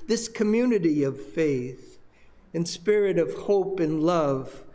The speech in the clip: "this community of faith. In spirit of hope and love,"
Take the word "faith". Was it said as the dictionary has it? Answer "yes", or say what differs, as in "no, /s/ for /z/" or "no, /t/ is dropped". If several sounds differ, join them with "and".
yes